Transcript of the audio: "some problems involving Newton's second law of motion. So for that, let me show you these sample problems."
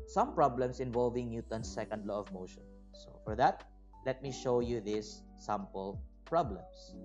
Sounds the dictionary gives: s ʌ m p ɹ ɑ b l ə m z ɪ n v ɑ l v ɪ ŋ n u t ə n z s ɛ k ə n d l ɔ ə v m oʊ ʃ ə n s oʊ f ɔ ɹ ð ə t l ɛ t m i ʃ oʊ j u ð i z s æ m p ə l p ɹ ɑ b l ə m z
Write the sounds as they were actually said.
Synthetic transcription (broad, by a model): s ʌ m p ɹ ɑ b l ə m s ɪ n v ɑ l v ɪ ŋ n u t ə n s ɛ k ə n d l ɔ ə v m oʊ ʃ ə n s oʊ f ɔ ɹ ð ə t l ɛ t m i ʃ oʊ j u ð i s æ m p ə l p ɹ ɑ b l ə m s